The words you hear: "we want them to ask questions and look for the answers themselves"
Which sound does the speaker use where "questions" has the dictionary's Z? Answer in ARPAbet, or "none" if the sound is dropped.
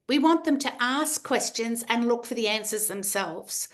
Z